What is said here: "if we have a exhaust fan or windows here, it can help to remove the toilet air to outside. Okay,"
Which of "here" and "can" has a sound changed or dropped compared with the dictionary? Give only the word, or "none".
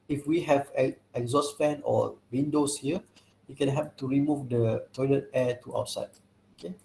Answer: here